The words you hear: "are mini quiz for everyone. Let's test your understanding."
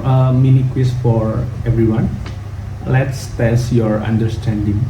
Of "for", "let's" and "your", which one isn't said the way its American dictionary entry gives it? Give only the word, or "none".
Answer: none